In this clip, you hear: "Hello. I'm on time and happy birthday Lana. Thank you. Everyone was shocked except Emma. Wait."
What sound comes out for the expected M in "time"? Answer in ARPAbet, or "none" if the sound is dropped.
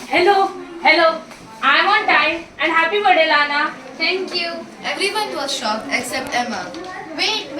none